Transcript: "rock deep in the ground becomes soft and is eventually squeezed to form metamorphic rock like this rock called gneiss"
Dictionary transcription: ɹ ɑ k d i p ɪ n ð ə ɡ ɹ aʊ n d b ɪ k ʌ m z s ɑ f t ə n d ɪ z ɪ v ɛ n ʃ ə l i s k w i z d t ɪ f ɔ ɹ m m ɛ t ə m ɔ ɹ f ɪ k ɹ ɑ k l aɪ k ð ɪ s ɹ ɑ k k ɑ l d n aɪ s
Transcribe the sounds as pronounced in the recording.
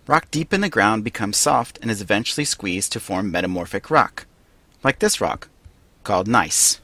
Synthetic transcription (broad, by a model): ɹ ɑ k d i p ɪ n ð ə ɡ ɹ aʊ n b ɪ k ʌ m z s ɑ f t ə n ɪ z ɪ v ɛ n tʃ l i s k w i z t ɪ f ɔ ɹ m m ɛ t ə m ɔ ɹ f ɪ k ɹ ɑ k l aɪ k ð ɪ s ɹ ɑ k k ɑ l d n aɪ s